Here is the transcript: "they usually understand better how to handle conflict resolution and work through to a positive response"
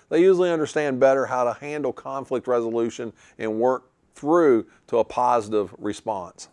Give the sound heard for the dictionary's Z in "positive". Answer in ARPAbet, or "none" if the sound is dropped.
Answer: Z